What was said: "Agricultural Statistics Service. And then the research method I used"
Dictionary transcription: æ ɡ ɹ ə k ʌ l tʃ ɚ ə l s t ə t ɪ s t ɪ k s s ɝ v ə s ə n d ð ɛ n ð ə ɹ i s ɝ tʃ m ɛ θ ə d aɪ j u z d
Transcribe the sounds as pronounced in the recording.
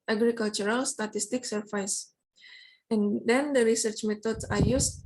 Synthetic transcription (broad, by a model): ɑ ɡ ɹ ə k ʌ l tʃ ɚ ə l s t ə t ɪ s t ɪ k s s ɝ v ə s ə n d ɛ n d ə ɹ i s ɝ tʃ m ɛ t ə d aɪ j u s